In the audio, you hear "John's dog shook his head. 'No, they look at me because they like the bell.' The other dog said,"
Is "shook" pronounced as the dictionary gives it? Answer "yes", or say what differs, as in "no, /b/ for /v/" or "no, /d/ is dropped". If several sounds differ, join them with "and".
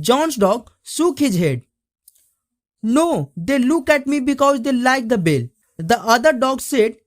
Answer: no, /s/ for /ʃ/